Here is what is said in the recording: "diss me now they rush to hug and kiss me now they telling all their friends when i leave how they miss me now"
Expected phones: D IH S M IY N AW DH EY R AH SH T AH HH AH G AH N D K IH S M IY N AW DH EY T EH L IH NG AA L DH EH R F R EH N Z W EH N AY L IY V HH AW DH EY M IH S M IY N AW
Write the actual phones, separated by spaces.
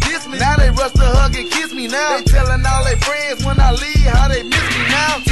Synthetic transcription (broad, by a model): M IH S M IY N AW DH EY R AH S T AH HH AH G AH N K IH S M IY N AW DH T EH L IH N AA L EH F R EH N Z W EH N AY L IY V HH AW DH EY M IH S M IY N AW